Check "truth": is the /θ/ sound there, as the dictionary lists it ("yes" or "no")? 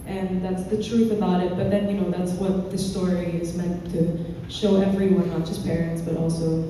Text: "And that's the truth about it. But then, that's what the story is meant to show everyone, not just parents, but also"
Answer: yes